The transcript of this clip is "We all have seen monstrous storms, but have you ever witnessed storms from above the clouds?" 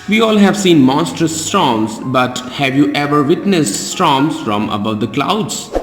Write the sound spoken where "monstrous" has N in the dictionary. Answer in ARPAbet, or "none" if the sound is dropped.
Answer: N